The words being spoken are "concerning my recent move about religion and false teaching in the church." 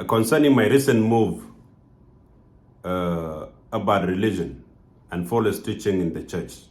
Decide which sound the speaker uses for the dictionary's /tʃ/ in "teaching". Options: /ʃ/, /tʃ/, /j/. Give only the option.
/tʃ/